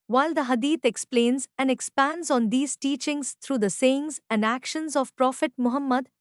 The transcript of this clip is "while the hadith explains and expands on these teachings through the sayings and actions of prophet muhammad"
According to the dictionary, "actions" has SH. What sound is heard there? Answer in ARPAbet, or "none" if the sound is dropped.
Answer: SH